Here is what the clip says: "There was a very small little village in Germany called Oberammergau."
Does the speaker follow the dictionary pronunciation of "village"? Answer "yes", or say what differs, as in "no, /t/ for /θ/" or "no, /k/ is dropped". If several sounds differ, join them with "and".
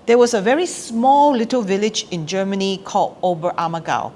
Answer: yes